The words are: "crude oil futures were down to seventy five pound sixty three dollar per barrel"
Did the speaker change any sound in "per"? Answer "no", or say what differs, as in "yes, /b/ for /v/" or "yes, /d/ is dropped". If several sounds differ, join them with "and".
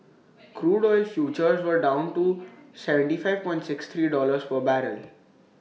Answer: yes, /f/ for /p/